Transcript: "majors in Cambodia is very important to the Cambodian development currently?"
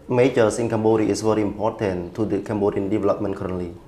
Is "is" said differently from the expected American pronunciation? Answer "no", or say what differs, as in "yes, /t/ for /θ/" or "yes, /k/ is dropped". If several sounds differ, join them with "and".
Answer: yes, /s/ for /z/